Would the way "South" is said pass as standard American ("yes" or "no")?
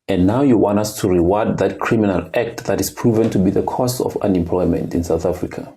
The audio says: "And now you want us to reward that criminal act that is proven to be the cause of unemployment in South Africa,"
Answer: yes